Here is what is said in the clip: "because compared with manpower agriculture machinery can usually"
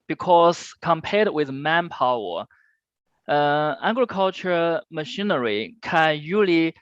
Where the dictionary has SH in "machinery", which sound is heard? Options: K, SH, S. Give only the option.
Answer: SH